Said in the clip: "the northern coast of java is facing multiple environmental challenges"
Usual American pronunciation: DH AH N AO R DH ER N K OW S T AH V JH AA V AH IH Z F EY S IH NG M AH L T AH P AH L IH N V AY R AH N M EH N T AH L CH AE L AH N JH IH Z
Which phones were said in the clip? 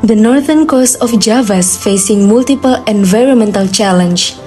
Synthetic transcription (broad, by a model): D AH N AO R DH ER N K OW S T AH F JH AA V AH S F EY S IH NG M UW L T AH P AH L IH N V AY R AH N M EH N T AH L CH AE L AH N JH